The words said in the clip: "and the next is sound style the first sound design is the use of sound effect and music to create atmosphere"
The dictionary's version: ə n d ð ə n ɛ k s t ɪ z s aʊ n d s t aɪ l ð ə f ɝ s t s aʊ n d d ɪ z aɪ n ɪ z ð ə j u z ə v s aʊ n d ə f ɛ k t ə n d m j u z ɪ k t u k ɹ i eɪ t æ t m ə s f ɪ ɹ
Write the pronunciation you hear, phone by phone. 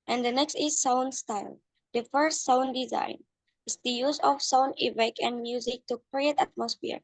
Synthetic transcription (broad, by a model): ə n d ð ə n ɛ k s t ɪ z s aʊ n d s t aɪ l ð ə f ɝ s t s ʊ n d d ɪ z aɪ n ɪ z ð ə j u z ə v s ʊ n ə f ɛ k ə n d m j u z ɪ k t u k ɹ i eɪ t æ t m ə s f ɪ ɹ